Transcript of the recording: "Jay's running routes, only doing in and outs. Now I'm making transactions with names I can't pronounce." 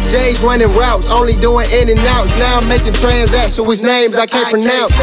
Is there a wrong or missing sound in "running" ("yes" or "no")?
yes